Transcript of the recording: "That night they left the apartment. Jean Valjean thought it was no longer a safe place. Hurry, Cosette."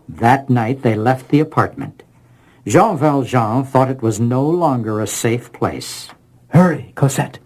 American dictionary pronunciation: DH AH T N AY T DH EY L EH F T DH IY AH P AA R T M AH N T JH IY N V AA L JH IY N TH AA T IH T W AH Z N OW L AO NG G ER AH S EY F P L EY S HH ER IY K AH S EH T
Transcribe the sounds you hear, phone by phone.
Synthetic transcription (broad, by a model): DH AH T N AY T DH EY L EH F T DH IY AH P AA R T M AH N T ZH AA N V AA L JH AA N TH AA T IH T W AH Z N OW L AO NG G ER AH S EY F P L EY S HH ER IY K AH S EH T